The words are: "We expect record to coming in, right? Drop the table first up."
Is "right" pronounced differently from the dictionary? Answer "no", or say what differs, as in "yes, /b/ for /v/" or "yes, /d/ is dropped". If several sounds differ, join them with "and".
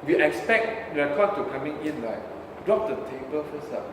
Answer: yes, /l/ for /ɹ/